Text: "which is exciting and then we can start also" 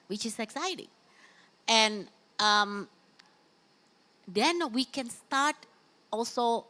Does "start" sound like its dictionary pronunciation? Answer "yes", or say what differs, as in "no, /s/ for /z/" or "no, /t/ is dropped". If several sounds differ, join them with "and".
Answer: yes